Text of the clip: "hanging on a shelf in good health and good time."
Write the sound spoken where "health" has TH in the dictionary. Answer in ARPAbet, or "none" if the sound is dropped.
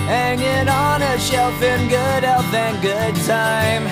F